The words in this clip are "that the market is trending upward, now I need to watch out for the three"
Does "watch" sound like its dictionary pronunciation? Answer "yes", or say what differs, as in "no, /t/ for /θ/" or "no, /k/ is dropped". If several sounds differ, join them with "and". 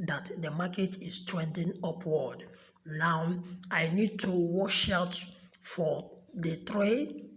no, /ʃ/ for /tʃ/